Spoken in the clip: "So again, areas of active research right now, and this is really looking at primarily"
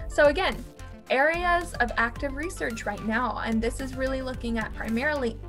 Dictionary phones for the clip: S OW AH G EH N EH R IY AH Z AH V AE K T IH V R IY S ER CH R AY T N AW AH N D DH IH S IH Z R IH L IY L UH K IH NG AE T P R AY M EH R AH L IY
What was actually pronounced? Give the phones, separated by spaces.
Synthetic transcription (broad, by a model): S OW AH G EH N EH R IY AH Z AH V AE K T IH V R IY S ER CH R AY T N AW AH N DH IH S IH Z R IH L IY L UH K IH NG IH T P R AY M EH R L IY